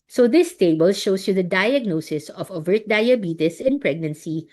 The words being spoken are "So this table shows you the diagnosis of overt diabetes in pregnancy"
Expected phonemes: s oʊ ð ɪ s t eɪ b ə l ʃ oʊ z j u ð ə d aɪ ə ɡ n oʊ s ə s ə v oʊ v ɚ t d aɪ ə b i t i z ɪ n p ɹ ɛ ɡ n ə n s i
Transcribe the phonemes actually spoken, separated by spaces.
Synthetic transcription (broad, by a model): s oʊ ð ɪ s t eɪ b ə l ʃ oʊ s j u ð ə d aɪ ə ɡ n oʊ s ə s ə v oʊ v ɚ t d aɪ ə b i t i s ɪ n p ɹ ɛ ɡ n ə n s i